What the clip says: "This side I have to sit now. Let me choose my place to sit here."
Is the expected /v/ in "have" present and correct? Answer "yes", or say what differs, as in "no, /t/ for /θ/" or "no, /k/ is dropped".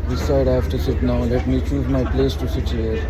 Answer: no, /f/ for /v/